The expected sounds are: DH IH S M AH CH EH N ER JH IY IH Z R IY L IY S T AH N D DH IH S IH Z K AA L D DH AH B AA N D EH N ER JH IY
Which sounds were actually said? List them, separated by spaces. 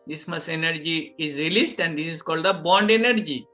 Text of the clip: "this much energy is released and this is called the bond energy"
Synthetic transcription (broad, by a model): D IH S M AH S EH N ER JH IY IH Z R IY L IY S T AH N D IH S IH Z K AA L D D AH B AA N D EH N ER JH IY